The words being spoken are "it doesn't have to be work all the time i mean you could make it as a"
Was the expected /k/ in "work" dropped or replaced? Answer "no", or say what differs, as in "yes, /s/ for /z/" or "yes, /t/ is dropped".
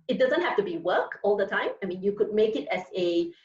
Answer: no